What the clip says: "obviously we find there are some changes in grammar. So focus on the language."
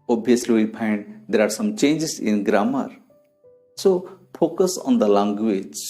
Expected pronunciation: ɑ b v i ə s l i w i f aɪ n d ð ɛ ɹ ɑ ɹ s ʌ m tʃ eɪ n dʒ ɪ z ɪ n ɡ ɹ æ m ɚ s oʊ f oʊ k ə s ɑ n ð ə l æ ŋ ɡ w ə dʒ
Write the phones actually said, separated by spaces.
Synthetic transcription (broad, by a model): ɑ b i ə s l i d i p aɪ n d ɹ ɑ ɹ s ʌ m tʃ eɪ n dʒ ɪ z ɪ n ɡ ɹ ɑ m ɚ s oʊ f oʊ k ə s ɑ n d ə l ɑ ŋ ɡ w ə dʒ